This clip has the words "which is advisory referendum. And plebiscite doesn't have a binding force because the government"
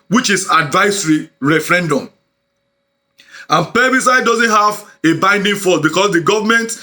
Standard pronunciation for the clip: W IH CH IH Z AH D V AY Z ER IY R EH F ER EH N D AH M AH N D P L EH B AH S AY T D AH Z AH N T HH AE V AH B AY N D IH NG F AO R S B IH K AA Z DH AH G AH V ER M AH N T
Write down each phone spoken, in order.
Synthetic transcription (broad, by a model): W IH CH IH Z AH D V AY S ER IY R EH F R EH N D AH M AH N P EH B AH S AY D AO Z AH N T HH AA V AH B AY N D IH NG F AO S B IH K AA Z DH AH G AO V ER M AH N T